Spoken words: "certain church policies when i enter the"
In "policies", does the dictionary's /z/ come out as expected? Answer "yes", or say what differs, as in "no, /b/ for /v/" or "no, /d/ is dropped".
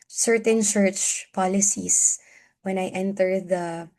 no, /s/ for /z/